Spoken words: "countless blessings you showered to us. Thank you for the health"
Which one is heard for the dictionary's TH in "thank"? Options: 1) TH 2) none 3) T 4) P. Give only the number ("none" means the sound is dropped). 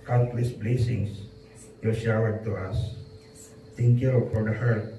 3